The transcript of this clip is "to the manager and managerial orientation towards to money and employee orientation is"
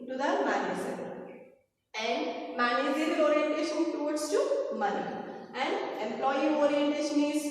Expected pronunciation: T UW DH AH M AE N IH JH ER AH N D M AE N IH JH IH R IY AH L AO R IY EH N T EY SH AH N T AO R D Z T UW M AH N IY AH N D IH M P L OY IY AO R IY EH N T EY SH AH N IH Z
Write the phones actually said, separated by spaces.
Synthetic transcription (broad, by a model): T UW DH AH M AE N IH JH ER AH N D M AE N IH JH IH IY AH AO R IY EH N T EY SH AH N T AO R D S T UW M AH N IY AH N D IH M P L OY IY AO R IY EH N T EY SH AH N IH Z